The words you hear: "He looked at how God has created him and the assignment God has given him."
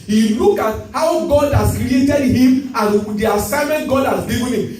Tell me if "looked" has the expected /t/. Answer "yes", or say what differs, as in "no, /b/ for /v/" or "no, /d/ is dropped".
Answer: no, /t/ is dropped